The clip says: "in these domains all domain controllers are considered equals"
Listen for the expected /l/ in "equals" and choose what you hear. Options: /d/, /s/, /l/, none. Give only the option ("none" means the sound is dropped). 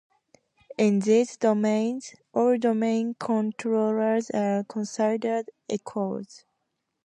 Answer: none